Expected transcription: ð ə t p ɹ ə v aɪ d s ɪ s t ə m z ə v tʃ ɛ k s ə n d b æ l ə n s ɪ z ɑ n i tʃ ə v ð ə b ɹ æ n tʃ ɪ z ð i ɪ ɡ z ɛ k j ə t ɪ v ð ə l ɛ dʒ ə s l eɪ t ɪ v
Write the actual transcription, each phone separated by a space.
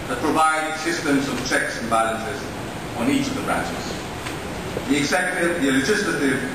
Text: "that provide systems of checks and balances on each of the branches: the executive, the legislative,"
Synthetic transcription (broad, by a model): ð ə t p ɹ ə v aɪ d s ɪ s t ə m z ə v tʃ ɛ k s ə n b æ l ə n s ɪ z n i tʃ ə v ð ə b ɹ æ n tʃ ɪ z ð i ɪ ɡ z ɛ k j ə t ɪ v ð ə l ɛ dʒ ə s l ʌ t ɪ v